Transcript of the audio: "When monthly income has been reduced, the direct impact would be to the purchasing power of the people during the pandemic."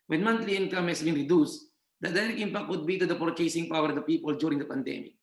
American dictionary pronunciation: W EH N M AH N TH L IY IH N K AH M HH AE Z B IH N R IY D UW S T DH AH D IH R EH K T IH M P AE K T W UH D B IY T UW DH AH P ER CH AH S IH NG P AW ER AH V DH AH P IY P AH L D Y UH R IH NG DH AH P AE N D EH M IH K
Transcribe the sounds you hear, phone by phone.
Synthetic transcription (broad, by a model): W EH N M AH N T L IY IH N K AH M HH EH S B IH N R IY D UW S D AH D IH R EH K IH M P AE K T W UH D B IY T UW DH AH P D CH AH S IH NG P AW ER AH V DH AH P IY P AH L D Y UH R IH NG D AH P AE N D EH M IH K